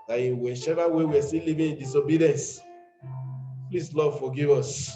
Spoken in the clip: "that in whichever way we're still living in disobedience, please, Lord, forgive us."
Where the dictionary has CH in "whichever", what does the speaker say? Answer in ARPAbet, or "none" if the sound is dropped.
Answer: SH